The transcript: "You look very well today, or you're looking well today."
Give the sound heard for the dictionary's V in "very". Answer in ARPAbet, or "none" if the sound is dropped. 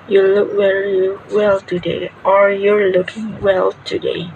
W